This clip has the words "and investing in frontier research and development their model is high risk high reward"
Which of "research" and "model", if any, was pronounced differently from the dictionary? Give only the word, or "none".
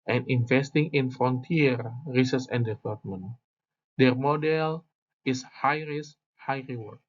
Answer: research